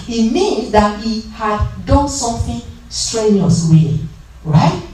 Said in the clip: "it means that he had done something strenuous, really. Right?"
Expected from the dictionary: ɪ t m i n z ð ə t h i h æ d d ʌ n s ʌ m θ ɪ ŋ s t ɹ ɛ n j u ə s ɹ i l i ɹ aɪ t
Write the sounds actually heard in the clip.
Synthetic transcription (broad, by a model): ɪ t m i n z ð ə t h i h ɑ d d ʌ n s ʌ m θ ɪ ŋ s t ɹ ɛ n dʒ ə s w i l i ɹ aɪ t